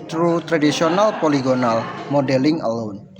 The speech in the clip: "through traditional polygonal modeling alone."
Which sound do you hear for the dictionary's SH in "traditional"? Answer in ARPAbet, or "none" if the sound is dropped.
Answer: S